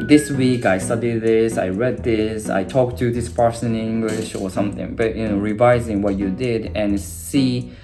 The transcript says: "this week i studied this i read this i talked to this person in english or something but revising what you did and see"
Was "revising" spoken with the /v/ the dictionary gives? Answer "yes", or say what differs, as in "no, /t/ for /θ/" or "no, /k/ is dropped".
yes